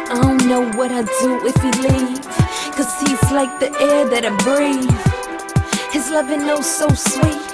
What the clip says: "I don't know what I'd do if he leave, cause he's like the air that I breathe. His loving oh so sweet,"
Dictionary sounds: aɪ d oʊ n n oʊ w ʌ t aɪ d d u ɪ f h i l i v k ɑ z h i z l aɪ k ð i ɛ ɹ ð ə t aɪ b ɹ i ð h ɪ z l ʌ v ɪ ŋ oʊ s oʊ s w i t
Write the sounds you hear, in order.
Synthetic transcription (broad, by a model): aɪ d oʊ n n oʊ w ʌ t aɪ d d u ɪ f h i l i v k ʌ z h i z l aɪ k ð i ɛ ɹ ð ə t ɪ b ɹ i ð h ɪ z l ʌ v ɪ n oʊ s oʊ s w i t